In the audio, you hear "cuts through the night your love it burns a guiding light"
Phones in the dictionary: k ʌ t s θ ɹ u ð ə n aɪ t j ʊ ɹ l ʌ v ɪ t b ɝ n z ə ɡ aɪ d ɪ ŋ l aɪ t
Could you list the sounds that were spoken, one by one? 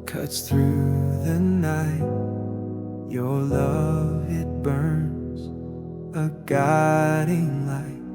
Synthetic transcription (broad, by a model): k ʌ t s θ ɹ u ð ə n aɪ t j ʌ ɹ l ʌ v ɪ t b ɝ n z ə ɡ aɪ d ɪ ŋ l aɪ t